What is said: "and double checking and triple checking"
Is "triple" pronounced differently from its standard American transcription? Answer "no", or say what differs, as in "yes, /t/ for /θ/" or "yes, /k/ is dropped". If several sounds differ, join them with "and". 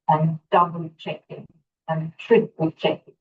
yes, /p/ is dropped